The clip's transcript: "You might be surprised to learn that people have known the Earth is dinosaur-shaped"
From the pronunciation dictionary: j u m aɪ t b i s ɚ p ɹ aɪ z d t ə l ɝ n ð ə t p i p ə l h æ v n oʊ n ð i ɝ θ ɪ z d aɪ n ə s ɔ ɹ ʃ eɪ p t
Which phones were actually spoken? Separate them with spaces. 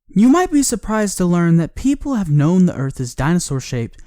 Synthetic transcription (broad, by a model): j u m aɪ t b i s ɚ p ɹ aɪ z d t ə l ɝ n ð ə t p i p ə l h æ v n oʊ n ð i ɝ θ ɪ z d aɪ n ə s ɔ ɹ ʃ eɪ p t